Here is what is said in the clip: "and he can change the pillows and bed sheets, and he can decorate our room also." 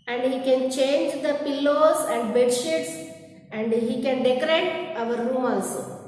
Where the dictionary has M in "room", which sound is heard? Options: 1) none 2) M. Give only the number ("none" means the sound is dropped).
2